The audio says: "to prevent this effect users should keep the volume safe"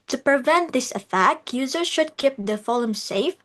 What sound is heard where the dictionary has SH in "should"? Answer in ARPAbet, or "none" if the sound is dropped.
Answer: SH